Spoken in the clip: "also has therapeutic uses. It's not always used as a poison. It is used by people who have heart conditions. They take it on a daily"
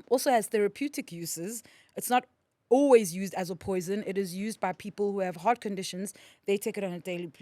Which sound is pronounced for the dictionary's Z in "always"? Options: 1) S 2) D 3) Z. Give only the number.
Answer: 3